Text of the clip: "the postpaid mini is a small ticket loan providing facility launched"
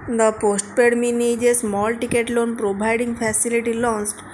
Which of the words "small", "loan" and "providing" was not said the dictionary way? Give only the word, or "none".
providing